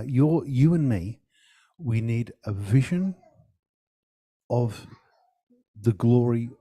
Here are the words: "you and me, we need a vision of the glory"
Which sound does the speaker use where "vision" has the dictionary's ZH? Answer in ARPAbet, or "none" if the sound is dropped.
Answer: ZH